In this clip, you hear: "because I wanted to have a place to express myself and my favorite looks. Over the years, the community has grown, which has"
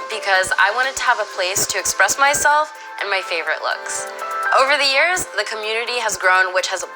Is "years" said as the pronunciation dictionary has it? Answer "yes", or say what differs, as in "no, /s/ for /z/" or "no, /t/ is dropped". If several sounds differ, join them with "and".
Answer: yes